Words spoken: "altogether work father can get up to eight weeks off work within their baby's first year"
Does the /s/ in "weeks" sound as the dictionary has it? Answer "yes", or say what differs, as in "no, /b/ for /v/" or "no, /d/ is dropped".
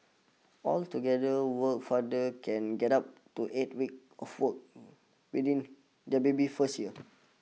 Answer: no, /s/ is dropped